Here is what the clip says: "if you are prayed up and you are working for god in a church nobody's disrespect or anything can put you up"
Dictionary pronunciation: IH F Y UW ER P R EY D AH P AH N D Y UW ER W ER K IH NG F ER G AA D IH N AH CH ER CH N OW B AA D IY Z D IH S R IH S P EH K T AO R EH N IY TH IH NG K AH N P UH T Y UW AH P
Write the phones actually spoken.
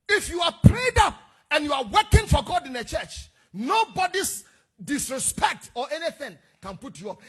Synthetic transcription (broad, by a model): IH F Y UW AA P R EY D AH P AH N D Y UW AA W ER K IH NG F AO G AA D IH N AH CH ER CH N OW B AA D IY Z D IH S R IH S P EH K T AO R EH N IY TH IH NG K AH N P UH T Y UW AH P